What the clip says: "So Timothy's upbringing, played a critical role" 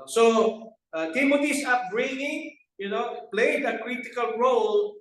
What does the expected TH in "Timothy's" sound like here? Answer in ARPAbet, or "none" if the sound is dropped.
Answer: T